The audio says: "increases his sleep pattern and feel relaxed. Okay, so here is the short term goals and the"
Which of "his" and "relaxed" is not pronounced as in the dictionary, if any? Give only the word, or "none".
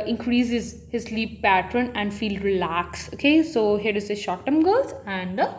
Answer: relaxed